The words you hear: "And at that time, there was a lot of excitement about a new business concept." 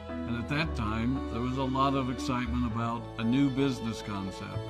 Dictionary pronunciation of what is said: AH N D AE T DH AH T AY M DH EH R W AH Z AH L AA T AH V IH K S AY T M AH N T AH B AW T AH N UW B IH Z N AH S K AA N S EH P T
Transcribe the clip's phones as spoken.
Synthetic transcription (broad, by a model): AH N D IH T DH AH T AY M DH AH R W AH Z AH L AA T AH V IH K S AY T M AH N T AH B AW T AH N UW B IH Z N AH S K AA N S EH P T